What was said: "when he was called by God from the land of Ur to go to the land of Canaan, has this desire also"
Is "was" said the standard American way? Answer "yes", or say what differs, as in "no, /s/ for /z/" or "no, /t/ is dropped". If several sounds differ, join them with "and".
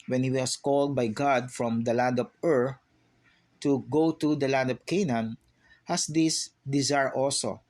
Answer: no, /s/ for /z/